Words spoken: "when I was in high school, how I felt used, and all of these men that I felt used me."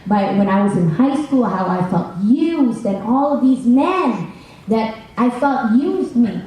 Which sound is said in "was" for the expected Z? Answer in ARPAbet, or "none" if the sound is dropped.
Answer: Z